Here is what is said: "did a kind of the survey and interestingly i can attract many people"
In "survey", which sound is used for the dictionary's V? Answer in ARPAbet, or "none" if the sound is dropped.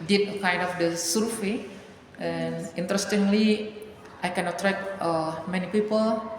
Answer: F